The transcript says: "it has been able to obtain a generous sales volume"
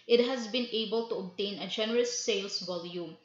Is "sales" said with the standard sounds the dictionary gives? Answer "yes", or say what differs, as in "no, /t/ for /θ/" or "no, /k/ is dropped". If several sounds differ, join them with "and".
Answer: no, /s/ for /z/